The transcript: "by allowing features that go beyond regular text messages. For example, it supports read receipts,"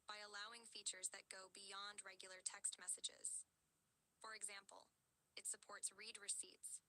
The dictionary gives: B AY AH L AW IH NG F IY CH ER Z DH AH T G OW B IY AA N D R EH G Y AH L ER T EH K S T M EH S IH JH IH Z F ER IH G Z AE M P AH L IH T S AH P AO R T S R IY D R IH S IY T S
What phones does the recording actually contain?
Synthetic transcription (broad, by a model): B AY AH L AW IH NG F IY CH ER Z DH AH T G OW B IY AA N D R EH G Y L ER T EH K S T M EH S IH JH IH Z F ER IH G Z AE M P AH L IH T S AH P AO R T S R IY D R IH S IY T S